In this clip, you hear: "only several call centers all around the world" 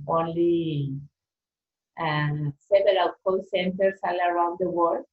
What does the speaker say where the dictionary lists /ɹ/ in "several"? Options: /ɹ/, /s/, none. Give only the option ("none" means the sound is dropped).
none